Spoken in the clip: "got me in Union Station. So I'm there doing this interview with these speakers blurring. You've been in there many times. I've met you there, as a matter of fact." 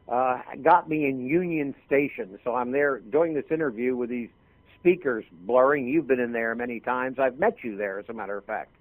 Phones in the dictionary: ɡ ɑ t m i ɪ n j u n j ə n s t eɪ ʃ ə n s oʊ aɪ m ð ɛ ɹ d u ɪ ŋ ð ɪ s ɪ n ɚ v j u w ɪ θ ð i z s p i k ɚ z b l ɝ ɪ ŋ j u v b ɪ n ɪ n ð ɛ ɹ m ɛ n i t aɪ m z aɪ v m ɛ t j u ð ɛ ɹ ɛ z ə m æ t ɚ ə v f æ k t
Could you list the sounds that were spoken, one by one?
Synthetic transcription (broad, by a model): ɡ ɑ t m i ɪ n j u n j ə n s t eɪ ʃ ə n s oʊ aɪ m ð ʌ ɹ d u ɪ ŋ ð ɪ s ɪ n ɚ v j u w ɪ ð i z s p i k ɚ z b l ɝ ɪ ŋ j u v b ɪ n ɪ n ð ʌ ɹ m ɛ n i t aɪ m z aɪ v m ɛ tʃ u ð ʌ ɹ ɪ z ə m æ t ɚ ə v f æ k t